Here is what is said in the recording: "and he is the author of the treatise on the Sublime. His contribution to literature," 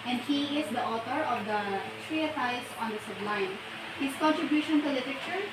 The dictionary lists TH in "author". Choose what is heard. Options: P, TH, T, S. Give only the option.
T